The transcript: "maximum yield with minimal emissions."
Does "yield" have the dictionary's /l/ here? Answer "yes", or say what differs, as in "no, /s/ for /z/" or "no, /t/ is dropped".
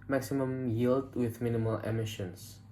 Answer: yes